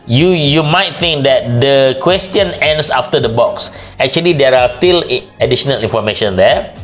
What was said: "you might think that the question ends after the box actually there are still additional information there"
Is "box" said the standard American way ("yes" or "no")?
yes